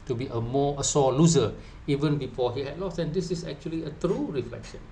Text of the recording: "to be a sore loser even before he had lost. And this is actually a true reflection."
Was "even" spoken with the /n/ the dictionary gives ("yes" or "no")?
yes